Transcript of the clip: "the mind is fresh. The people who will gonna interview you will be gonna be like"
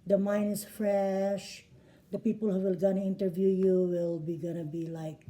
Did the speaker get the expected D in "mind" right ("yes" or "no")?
no